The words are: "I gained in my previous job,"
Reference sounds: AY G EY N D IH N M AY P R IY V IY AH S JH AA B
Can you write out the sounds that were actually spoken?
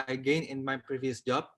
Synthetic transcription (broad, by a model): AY G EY N IH N M AY P R IY V IY AH S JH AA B